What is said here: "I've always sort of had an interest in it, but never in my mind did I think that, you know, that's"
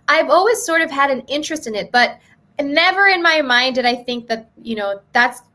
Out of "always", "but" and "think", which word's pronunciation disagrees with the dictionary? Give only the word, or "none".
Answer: none